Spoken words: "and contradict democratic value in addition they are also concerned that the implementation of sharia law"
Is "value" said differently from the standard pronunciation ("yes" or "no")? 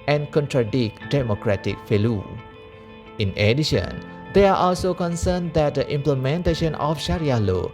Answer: yes